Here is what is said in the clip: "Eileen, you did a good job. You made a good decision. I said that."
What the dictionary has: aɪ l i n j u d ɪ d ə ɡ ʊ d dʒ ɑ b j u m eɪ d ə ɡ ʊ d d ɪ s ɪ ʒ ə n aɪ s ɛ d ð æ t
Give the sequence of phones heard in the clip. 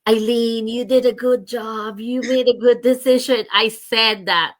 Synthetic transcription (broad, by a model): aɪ l i n j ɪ d ɪ d ə ɡ ʊ d dʒ ɑ b j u m eɪ d ə ɡ ʊ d d ɪ s ɪ ʒ ə n aɪ s ɛ d ð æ t